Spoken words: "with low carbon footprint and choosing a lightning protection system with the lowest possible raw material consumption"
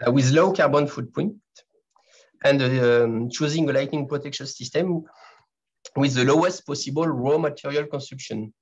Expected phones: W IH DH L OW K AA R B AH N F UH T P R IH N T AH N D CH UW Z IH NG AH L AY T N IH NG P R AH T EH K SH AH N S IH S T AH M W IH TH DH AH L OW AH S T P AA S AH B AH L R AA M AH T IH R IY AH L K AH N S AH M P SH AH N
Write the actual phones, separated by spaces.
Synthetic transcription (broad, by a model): W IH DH L OW K AA R B AH N F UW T P AO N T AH N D CH UW Z IH NG AH L AY T N IH NG P R AH T EH K SH AH N S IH S T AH M W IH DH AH L OW AH S T P AA S AH B AH L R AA M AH T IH R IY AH L K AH N S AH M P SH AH N